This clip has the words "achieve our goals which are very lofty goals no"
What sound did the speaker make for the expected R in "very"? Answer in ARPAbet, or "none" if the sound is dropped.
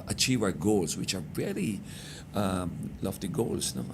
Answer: L